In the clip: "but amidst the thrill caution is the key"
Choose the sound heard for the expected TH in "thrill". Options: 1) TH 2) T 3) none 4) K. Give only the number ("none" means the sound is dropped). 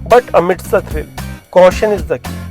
2